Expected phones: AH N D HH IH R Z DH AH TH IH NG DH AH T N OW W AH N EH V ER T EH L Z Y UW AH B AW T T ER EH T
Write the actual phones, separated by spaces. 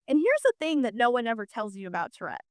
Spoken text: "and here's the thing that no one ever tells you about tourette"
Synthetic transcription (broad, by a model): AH N HH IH R Z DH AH TH IH NG DH AH T N OW W AH N EH V ER T EH L Z Y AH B AW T T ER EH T